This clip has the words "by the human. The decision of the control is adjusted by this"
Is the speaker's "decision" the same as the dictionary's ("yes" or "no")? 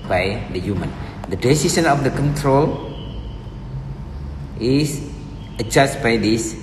no